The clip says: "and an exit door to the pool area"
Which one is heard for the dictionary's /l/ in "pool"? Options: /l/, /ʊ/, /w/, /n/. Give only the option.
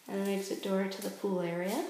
/l/